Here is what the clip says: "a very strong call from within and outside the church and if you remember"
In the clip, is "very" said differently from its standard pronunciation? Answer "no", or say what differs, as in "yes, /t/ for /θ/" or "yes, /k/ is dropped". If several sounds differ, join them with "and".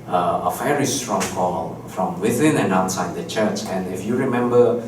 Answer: yes, /f/ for /v/